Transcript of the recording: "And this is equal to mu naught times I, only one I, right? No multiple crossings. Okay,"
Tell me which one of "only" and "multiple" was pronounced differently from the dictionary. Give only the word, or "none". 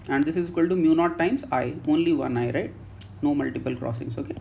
none